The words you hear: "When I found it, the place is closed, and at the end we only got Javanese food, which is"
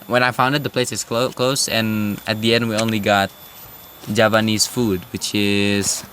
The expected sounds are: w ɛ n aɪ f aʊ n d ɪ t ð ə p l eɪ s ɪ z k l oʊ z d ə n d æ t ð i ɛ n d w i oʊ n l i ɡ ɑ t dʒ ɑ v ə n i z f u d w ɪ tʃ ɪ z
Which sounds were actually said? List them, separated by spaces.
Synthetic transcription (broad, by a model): w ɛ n aɪ f aʊ n d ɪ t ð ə p l eɪ s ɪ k k l oʊ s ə n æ t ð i ɛ n d w i oʊ n l i ɡ ɑ t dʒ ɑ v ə n i s f u d w ɪ tʃ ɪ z